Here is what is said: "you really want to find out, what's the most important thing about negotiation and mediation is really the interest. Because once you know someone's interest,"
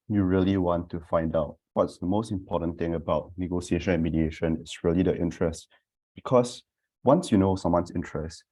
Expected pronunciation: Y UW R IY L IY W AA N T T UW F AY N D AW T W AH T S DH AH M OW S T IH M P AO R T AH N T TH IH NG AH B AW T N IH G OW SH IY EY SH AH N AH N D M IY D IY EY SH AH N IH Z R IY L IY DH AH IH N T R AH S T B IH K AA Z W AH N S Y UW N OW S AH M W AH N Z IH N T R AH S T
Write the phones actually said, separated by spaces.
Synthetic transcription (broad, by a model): Y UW R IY L IY W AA N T T UW F AY N D AW T W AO T S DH AH M OW S T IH M P AO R T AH N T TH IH NG AH B AW T N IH G OW S IY EY SH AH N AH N M IY D IY EY SH AH N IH S R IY L IY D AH IH N T R AH S T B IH K AA S W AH N S Y UW N OW S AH M W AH N S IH N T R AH S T